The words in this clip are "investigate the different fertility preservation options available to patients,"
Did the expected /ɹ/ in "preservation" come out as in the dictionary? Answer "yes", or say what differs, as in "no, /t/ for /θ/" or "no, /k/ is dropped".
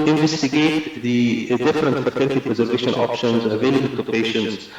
yes